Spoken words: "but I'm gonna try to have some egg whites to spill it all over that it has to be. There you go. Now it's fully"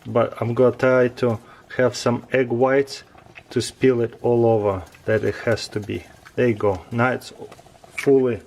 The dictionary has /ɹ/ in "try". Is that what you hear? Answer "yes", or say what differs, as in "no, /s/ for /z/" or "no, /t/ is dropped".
no, /ɹ/ is dropped